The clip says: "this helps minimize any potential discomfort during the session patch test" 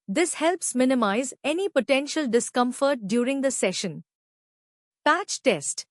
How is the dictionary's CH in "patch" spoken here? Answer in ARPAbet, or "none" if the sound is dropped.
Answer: CH